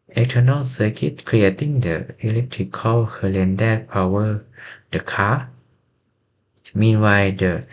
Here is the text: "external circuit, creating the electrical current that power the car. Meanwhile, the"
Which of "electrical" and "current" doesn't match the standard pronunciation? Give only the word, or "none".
current